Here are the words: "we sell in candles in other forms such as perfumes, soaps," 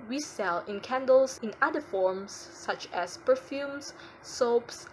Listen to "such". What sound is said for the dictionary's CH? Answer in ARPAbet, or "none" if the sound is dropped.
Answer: CH